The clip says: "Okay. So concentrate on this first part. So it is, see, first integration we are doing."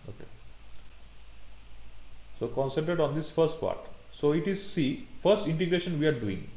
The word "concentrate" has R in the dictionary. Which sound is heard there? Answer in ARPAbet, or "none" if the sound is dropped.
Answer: none